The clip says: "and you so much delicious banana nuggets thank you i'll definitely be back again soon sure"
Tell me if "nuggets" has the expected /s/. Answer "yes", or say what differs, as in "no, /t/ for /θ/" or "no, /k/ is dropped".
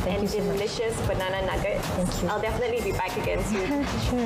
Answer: no, /s/ is dropped